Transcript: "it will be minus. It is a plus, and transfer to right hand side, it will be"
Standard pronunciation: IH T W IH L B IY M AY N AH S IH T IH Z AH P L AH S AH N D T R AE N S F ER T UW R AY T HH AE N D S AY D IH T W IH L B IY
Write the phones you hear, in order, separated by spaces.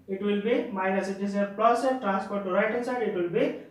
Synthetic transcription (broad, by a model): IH T W IH L B IY M AY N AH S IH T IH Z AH P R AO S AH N T R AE N S P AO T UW R AY T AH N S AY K IH T W IH L B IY